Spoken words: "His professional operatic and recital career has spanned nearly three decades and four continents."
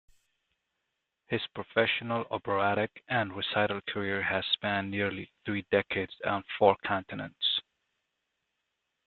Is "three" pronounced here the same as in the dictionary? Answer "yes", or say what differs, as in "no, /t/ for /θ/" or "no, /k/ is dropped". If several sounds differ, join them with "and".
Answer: yes